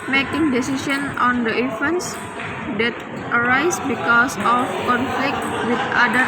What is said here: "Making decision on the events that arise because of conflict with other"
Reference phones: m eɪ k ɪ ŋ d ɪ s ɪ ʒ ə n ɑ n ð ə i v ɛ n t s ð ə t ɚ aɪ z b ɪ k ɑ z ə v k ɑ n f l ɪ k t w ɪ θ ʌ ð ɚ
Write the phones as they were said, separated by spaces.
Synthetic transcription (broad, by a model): m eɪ k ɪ ŋ d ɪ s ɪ s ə n ɑ n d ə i f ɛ n s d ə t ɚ aɪ s b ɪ k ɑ s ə f k ɑ n f l ɪ k t w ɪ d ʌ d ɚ